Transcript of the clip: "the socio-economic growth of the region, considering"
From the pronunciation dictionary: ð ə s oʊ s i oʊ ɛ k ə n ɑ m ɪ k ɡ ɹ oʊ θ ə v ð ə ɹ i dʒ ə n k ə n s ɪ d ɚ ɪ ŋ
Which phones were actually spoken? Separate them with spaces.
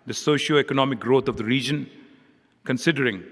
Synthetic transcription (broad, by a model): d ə s oʊ ʃ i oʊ ɛ k ə n ɑ m ɪ k ɡ ɹ oʊ t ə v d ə ɹ i dʒ ə n k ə n s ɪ d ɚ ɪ ŋ